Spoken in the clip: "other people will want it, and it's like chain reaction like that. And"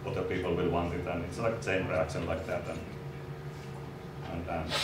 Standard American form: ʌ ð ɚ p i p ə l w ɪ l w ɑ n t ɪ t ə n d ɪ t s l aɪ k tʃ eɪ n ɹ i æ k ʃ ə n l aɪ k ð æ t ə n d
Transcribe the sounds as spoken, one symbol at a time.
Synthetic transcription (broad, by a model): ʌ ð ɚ p i p ə l w ɪ l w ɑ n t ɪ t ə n ɪ t s l aɪ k s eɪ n ɹ i æ k ʃ ə n l aɪ k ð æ t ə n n